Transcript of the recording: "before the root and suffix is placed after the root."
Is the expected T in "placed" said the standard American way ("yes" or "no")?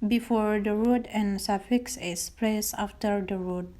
no